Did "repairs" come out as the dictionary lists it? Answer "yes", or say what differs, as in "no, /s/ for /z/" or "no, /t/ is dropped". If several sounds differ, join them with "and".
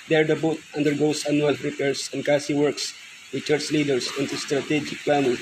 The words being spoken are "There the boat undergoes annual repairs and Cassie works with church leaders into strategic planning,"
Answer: no, /s/ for /z/